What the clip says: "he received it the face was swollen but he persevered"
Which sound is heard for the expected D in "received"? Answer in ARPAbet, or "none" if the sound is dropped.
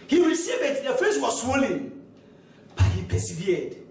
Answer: none